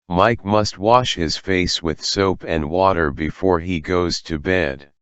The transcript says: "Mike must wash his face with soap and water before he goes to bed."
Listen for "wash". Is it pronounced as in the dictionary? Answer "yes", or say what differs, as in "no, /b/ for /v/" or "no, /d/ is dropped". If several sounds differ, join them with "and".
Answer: yes